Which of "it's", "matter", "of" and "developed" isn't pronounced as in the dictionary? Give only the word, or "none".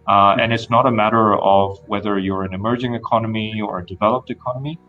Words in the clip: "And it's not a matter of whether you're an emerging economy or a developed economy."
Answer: none